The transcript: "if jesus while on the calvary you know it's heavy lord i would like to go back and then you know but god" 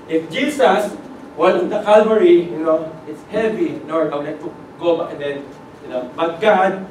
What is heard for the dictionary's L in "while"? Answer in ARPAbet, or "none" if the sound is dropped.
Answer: N